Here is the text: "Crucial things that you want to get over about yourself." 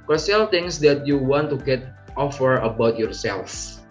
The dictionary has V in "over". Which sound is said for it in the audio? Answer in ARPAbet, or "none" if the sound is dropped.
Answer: F